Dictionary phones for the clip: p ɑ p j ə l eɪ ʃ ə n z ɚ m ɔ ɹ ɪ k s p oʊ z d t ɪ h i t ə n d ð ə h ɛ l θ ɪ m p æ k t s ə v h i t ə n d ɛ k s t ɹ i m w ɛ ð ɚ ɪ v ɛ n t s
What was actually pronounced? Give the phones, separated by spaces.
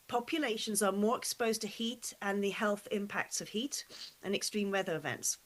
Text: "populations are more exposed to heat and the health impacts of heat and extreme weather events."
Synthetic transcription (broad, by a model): p ɑ p j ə l eɪ ʃ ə n z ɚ m ɔ ɹ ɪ k s p oʊ z t ɪ h i t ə n ð ə h ɛ l θ ɪ m p æ k t s ə v h i t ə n ɛ k s t ɹ i m w ɛ ð ɚ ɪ v ɛ n t s